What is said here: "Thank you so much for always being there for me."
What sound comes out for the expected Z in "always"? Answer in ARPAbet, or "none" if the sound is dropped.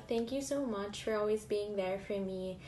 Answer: Z